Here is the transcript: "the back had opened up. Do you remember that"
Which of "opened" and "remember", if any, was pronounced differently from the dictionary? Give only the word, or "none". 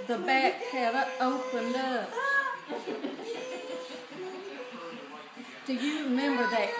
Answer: none